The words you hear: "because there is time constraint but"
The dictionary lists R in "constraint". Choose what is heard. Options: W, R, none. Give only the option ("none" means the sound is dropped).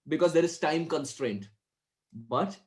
R